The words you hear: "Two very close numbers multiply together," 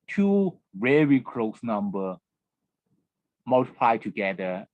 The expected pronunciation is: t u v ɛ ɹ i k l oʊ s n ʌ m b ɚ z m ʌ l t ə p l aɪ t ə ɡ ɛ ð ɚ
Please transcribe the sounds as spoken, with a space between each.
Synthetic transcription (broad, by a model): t u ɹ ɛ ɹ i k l oʊ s n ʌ m b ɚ m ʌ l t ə p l aɪ t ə ɡ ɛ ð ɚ